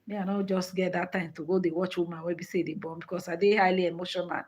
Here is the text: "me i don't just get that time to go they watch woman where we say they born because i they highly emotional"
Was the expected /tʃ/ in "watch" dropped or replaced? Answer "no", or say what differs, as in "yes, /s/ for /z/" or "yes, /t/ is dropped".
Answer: no